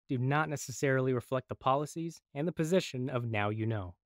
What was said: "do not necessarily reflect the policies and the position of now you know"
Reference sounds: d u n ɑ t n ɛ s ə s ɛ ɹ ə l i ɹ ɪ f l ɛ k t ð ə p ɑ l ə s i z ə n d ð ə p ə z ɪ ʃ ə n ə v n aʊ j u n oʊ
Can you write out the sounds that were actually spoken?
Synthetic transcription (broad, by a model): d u n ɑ t n ɛ s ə s ɛ ɹ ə l i ɹ ɪ f l ɛ k t ð ə p ɑ l ə s i z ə n ð ə p ə z ɪ ʃ ə n ə v n aʊ j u n oʊ